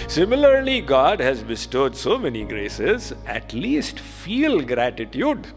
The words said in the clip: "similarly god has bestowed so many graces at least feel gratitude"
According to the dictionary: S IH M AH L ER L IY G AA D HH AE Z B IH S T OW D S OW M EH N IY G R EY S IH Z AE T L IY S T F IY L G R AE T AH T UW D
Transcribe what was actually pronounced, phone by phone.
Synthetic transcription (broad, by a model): S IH M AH L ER L IY G AA D HH AE Z B IH S T OW D S OW M EH N IY G R EY S IH Z AE T L IY S T F IY L G R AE T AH T UW D